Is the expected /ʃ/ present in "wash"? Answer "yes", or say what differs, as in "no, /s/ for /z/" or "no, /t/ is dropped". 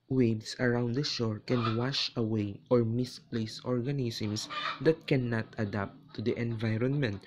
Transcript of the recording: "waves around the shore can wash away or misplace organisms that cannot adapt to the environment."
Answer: yes